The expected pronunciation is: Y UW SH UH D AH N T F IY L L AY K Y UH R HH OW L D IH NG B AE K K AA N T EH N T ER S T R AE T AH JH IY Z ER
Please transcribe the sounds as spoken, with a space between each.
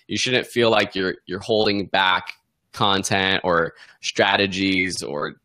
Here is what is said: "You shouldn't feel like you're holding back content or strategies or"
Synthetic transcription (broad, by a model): Y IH SH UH D N T F IY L L AY K Y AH R HH OW L D IH NG B AE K K AA N T EH N T ER S T R AE T AH JH IY Z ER